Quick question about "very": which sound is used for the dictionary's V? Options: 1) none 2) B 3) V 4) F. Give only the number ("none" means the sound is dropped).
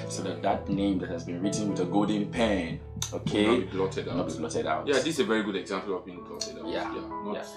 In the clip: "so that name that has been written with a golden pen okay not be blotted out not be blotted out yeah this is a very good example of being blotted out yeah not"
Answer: 3